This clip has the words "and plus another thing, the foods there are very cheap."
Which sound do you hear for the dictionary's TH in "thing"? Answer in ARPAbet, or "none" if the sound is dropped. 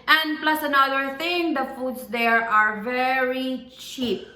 T